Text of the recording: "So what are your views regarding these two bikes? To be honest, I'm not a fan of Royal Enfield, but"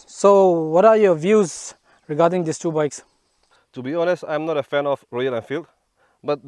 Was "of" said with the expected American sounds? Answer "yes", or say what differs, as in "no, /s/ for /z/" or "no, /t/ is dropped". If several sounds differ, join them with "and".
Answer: no, /f/ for /v/